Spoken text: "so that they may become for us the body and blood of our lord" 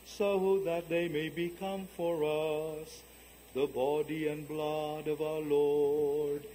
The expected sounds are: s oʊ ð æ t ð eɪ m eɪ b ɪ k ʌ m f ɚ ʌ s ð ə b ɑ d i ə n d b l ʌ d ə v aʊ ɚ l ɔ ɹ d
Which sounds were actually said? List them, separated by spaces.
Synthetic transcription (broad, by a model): s oʊ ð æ t ð eɪ m eɪ b ɪ k ʌ m f ɚ ʌ s ð ə b ɑ d i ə n b l ʌ d ə v aʊ ɚ l ɔ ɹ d